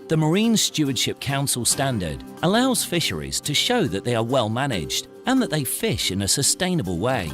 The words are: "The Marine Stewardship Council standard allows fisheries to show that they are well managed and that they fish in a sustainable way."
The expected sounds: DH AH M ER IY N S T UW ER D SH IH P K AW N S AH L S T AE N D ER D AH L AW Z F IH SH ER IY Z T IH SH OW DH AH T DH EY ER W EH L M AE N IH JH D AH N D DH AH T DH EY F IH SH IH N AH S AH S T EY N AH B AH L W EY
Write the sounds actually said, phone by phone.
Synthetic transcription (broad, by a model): DH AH M ER IY N S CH UW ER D SH IH P K AW N S AH L S T AE N D ER D AH L AW Z F IH SH ER IY Z T IH SH OW DH AH T DH EY ER W EH L M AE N IH JH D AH N DH AH T DH EY F IH SH IH N AH S AH S T EY N AH B AH L W EY